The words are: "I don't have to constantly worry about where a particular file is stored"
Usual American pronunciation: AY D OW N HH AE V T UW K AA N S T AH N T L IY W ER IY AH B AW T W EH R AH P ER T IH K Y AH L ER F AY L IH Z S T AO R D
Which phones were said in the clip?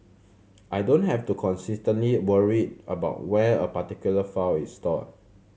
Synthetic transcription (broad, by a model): AY D OW N HH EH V T UW K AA N S T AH N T L IY W ER IY AH B AW T W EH AH P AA T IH K Y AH L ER F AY W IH S T AO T